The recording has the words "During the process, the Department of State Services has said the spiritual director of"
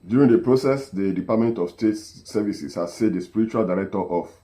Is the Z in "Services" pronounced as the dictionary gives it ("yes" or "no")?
no